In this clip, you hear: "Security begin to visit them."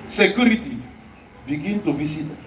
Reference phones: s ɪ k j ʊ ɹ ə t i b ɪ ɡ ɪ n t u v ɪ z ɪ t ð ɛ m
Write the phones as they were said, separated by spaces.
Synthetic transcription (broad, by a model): s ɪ k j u ɹ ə t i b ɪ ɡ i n t u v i s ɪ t